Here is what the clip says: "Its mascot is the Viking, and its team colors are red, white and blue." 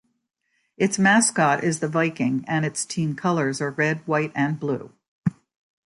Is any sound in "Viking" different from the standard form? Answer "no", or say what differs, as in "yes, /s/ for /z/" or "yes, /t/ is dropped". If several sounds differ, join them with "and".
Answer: no